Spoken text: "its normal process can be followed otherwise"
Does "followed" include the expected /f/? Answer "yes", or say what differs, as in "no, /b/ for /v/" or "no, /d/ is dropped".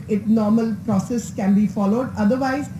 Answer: yes